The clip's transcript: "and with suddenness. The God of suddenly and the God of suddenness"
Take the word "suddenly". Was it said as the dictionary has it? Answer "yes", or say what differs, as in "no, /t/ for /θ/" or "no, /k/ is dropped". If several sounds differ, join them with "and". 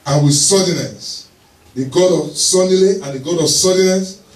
no, /n/ is dropped